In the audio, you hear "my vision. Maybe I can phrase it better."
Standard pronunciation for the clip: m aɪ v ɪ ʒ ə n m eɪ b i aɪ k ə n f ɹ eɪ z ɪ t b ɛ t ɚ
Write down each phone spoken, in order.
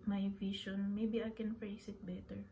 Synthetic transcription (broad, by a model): m aɪ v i ʃ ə n m eɪ b i aɪ k ə n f ɹ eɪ s ɪ t b ɛ t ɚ